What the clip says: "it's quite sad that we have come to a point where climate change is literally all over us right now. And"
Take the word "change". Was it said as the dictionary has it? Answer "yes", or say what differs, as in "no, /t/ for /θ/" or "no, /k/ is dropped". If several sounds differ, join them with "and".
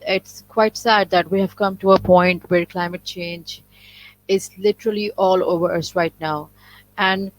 yes